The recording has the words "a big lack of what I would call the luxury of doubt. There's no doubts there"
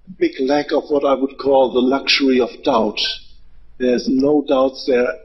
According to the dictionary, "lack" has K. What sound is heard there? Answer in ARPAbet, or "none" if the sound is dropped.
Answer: K